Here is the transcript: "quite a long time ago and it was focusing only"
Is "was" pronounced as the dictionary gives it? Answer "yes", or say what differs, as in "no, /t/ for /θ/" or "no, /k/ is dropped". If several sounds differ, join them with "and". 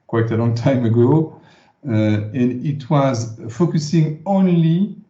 yes